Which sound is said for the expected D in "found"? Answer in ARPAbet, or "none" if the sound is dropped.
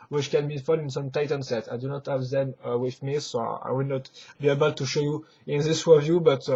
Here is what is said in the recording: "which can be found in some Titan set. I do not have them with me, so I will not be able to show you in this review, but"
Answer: none